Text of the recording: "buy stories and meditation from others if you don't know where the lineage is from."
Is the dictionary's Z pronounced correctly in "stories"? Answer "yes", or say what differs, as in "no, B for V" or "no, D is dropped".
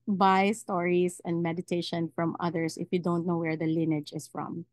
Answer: no, S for Z